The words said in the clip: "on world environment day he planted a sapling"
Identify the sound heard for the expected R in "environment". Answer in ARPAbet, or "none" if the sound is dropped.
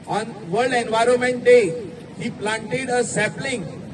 R